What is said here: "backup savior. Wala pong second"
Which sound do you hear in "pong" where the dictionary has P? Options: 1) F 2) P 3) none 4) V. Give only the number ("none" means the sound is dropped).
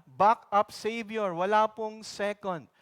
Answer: 2